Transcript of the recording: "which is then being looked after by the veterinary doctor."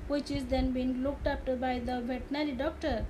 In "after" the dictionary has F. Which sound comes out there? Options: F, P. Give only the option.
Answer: P